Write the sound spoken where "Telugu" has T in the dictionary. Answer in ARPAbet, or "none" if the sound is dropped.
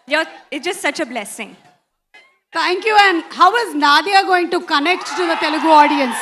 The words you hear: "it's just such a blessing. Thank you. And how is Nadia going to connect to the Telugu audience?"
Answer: T